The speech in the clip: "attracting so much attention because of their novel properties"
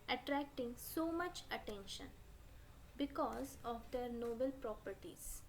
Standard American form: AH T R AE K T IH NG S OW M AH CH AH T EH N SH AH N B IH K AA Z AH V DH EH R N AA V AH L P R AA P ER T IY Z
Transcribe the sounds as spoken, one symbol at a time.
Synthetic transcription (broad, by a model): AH T R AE K T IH NG S OW M AH CH AH T EH N SH AH N B IH K AA Z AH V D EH R N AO B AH L P R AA P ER T IY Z